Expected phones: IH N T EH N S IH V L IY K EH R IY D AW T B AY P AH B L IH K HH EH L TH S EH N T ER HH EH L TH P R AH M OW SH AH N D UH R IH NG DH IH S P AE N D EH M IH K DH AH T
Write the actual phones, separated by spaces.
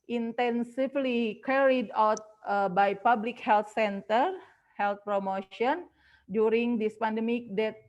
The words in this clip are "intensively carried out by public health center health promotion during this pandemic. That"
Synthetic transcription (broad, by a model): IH N T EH N S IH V L IY K EH R IY D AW T B AY P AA B L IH K HH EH L T S EH N T ER HH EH L T P R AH M OW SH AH N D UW R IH NG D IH S P AE N D EH M IH K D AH T